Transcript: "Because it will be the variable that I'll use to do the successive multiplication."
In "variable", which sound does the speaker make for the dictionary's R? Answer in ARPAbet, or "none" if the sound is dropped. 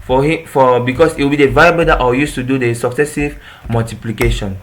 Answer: none